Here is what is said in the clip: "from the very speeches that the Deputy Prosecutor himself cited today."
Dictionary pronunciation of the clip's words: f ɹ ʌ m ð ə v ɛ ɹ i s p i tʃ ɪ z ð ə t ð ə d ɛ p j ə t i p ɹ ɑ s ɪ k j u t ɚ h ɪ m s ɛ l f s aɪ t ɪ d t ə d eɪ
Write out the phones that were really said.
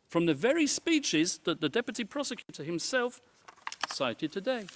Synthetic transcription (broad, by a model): f ɹ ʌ m ð ə v ɛ ɹ i s p i tʃ ɪ z ð ə t ð ə d ɛ p j ə t i p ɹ ɑ s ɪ k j u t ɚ h ɪ m s ɛ l f s aɪ t ɪ d t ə d eɪ